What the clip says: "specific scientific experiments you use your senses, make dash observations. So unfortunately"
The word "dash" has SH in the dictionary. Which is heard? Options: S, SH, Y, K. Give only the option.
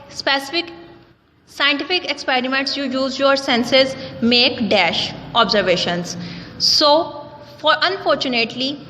SH